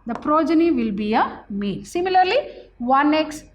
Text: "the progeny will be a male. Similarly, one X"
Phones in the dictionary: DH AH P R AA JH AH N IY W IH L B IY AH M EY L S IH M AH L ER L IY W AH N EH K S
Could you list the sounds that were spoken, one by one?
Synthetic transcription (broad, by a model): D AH P R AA JH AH N IY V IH L B IY AH M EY N S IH M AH L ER L IY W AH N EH K S